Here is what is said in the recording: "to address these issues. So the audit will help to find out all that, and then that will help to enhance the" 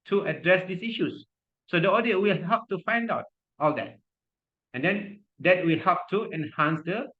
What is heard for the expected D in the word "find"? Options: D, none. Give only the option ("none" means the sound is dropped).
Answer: D